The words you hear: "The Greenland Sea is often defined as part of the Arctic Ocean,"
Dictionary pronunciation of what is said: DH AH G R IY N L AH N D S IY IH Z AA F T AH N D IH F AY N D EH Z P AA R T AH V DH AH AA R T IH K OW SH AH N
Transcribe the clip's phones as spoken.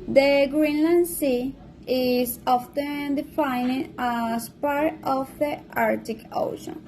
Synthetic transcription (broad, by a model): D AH G R IY N L AH N D S IY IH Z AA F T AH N D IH F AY N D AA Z P AA R T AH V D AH AA R T IH K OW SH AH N